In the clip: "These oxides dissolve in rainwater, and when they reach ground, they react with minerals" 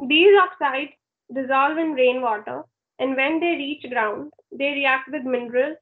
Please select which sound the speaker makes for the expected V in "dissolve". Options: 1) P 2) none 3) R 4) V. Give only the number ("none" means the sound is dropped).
4